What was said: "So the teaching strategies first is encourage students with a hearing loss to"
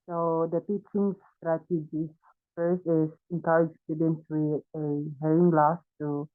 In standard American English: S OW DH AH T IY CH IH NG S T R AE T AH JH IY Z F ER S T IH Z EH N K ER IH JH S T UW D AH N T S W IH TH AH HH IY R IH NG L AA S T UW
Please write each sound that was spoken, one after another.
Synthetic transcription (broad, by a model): S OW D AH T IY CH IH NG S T R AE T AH JH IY F ER S T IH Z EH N K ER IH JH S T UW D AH N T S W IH AH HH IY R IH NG L AA S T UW